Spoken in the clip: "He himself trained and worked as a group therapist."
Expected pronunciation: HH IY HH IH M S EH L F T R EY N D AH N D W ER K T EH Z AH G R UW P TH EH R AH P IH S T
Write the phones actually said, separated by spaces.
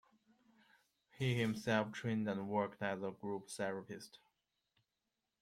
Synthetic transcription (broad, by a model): HH IY HH IH M S EH L F T R EY N D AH N W ER K T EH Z AH G R UW P S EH R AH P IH S T